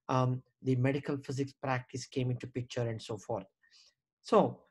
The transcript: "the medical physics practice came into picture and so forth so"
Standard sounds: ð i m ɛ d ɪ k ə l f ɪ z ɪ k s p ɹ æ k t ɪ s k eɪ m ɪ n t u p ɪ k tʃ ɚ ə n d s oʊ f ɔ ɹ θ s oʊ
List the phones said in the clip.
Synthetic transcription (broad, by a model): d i m ɛ d ɪ k ə l f ɪ z ɪ k s p ɹ æ k t ɪ s k eɪ m ɪ n t u p ɪ k tʃ ɚ ə n d s oʊ f ɔ ɹ t s oʊ